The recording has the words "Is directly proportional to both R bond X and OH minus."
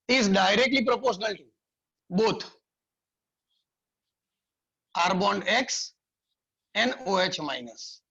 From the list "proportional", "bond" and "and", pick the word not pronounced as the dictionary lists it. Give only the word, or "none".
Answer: none